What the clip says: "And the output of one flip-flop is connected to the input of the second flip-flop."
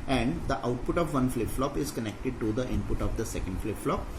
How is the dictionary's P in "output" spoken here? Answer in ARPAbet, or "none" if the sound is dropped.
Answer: P